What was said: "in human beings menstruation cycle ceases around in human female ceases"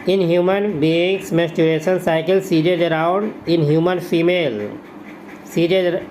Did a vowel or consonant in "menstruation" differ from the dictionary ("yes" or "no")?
yes